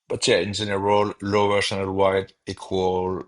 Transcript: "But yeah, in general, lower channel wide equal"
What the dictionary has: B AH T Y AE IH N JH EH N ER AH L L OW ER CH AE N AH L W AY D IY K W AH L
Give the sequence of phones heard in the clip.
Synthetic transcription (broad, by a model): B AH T Y AE IH N Z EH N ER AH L L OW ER S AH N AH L W AY D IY K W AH L